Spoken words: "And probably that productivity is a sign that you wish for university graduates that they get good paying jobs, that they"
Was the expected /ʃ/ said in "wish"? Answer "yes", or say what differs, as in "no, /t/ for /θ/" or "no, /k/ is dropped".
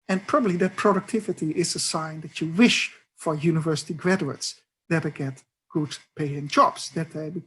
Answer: yes